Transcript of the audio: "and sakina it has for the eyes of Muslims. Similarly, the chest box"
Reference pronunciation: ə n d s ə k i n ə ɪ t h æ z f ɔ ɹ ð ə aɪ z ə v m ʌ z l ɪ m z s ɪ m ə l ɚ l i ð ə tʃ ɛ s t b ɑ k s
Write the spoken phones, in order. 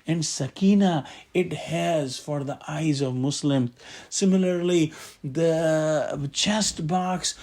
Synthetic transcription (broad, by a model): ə n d s ə k i n ə ɪ t h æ z f ɔ ɹ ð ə aɪ z ə v m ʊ s l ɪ m s ɪ m ə l ɚ l i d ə tʃ ɛ s t b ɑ k s